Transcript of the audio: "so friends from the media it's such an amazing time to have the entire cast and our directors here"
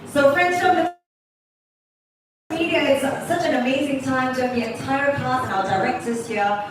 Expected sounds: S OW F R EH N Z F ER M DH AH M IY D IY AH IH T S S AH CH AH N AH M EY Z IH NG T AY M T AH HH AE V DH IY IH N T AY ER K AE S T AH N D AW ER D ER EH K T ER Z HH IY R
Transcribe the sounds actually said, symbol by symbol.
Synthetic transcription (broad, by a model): S OW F R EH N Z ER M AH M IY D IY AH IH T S S AH CH AH N AH M EY Z IH NG T AY M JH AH DH IY IH N T AY ER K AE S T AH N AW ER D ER EH K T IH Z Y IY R